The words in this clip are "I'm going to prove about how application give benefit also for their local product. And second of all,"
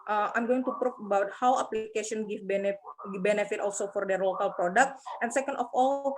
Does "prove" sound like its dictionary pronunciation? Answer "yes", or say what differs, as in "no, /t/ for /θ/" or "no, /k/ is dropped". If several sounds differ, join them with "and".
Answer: no, /f/ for /v/